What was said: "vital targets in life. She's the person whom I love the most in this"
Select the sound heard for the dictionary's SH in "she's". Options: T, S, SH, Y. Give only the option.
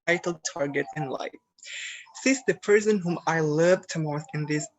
S